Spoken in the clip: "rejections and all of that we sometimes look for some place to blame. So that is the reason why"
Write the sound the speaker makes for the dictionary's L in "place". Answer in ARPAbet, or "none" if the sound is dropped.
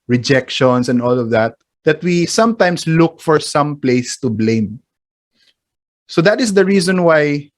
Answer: L